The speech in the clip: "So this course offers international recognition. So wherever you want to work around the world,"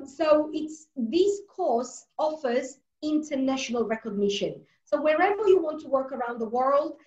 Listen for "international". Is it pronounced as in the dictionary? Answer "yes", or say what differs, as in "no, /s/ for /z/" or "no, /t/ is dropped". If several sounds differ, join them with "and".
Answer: yes